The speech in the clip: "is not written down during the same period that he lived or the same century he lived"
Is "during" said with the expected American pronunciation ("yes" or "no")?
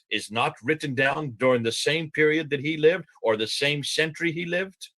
yes